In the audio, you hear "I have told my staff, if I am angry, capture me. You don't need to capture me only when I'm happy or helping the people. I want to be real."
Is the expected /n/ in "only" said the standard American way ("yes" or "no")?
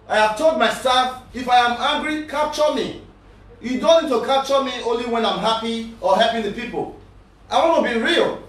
yes